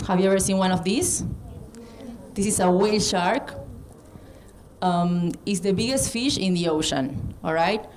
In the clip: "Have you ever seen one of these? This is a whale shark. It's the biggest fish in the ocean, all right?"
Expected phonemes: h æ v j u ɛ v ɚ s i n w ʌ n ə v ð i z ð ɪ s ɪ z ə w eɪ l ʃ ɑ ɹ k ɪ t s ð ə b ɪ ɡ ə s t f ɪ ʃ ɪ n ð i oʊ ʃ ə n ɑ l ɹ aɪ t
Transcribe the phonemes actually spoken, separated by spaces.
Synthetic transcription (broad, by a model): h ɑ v j u ɛ v ɚ s i n w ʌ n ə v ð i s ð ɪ s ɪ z ə w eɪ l ʃ ɑ ɹ k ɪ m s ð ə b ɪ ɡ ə s t f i ʃ ɪ n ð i oʊ ʃ ə n ɑ l ɹ aɪ t